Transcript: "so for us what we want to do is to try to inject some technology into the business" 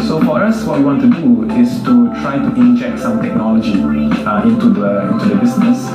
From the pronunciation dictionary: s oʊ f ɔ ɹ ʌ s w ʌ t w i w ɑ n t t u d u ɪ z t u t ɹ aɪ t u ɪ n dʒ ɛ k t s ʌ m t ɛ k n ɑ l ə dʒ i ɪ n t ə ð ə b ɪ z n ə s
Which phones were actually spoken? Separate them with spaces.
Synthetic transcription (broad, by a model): s oʊ f ɔ ɹ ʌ s w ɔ t w i w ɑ n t t u d u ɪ s t u t ɹ aɪ t u ɪ n dʒ ɛ k t s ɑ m t ɛ k n ɑ l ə dʒ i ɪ n t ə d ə b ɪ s n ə s